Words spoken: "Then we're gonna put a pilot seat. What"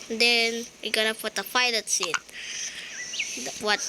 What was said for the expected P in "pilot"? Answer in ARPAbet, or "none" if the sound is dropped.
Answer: F